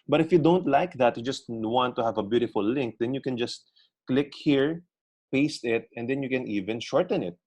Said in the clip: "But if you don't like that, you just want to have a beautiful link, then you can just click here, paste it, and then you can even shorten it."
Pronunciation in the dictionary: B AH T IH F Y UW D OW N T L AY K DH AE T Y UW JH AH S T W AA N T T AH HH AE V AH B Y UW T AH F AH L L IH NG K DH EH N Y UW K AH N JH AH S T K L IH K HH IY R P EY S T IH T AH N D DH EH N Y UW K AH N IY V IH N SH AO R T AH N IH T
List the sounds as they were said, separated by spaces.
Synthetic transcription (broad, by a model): B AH T IH F Y UW D OW N T L AY K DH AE T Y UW JH AH S T W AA N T T AH HH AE V AH B Y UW T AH F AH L L IH NG K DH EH N Y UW K AH N JH AH S T K L IH K HH IY R P EY S T IH T AH N D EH N Y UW K AH N IY V IH N SH AO R T AH N IH T